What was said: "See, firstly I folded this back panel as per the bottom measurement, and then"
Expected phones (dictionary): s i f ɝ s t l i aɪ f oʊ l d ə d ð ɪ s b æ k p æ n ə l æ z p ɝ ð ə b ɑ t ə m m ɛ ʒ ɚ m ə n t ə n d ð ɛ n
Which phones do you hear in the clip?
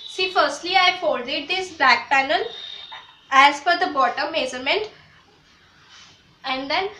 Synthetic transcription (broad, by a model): s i f ɝ s t l i aɪ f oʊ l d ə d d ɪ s b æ k p æ n ə l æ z f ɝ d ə b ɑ t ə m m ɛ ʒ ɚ m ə n t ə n d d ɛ n